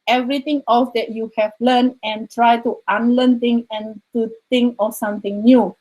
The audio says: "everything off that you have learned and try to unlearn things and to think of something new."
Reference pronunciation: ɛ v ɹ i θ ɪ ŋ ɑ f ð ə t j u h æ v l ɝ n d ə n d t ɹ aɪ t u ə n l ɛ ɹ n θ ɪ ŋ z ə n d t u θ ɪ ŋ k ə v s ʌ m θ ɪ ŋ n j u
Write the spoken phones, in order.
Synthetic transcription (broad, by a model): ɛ v ɹ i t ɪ ŋ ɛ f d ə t j u h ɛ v l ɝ n ə n t ɹ aɪ t u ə n l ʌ n t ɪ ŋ ə n t u t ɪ ŋ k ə s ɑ m t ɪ ŋ n j u